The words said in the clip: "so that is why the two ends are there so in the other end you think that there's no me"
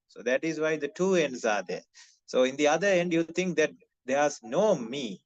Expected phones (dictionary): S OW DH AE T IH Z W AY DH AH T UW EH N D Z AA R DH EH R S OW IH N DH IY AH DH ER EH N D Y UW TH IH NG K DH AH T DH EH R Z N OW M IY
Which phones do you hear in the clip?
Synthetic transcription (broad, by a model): S OW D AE T IH Z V AY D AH T UW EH N D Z AA R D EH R S OW IH N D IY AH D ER EH N D Y UW T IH NG K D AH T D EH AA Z N OW M IY